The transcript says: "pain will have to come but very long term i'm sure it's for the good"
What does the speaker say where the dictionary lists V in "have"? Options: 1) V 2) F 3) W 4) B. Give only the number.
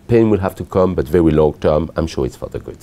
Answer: 2